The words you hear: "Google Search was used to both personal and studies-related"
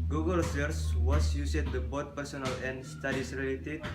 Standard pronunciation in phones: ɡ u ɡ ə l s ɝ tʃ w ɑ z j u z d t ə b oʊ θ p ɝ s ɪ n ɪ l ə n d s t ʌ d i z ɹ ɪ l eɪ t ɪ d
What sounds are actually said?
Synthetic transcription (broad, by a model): ɡ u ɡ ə l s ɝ s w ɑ s j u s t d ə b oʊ t p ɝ s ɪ n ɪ l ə n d s t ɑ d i s ɹ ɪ l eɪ t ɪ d